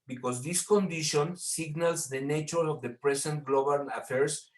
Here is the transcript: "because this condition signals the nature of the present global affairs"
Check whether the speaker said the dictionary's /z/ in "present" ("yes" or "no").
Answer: no